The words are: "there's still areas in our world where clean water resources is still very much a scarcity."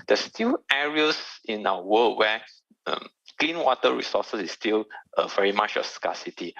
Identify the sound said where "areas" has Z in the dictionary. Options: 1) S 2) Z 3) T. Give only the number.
1